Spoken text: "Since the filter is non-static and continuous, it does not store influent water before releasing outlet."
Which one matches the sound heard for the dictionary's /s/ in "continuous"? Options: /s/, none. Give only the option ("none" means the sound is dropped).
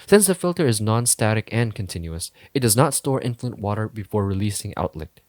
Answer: /s/